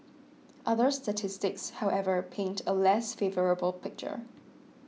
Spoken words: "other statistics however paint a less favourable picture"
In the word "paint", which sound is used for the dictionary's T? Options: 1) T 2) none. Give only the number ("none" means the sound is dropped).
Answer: 1